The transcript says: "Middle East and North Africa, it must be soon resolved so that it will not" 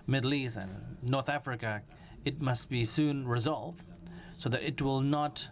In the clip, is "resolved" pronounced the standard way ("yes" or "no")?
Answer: yes